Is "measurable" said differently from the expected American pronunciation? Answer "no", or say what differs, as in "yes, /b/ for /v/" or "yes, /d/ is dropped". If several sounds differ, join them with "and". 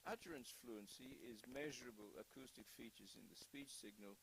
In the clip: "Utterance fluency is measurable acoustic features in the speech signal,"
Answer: no